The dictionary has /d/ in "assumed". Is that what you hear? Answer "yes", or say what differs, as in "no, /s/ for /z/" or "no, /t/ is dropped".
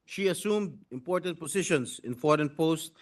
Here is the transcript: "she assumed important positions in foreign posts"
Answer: yes